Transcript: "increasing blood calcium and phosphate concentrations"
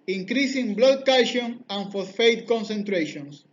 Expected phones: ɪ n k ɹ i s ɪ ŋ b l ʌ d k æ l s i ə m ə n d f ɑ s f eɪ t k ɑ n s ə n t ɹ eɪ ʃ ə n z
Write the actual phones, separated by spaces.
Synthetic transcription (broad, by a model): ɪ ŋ k ɹ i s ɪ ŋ b l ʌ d k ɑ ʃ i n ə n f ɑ θ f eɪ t k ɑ n s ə n t ɹ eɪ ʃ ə n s